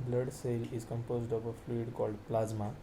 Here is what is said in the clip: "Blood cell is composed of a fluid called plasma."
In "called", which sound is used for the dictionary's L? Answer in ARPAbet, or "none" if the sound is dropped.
L